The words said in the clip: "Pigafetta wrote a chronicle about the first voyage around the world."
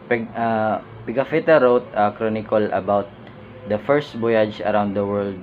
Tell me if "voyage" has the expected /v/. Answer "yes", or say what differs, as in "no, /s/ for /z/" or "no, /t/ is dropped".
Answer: no, /b/ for /v/